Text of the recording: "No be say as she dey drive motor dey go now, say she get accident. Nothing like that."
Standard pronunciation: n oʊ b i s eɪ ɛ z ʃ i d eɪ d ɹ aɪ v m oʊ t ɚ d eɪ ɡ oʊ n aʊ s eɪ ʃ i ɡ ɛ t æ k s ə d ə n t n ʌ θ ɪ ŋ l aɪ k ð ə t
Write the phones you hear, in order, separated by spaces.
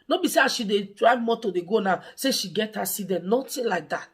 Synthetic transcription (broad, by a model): n oʊ b i s eɪ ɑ ʃ i d eɪ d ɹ aɪ m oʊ t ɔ d eɪ ɡ oʊ n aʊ s eɪ ʃ i ɡ ɛ t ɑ s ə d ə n n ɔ t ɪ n l aɪ k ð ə t